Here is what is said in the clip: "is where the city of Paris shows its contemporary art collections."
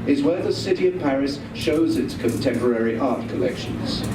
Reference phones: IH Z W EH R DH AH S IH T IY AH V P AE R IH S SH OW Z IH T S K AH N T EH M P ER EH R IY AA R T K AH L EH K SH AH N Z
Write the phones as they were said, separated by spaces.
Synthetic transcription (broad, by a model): IH Z W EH R DH AH S IH T IY AH V P AE R IH S SH OW Z IH T S K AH N T EH M P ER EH R IY AA R T K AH L EH K SH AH N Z